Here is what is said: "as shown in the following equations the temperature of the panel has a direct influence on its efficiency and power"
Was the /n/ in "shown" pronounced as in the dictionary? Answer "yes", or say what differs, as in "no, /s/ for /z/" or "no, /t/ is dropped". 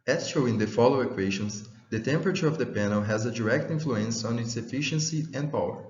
no, /n/ is dropped